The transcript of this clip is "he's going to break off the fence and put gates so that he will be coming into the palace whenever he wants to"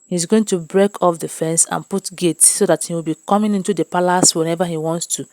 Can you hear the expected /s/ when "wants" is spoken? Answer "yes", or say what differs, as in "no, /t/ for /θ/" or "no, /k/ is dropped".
yes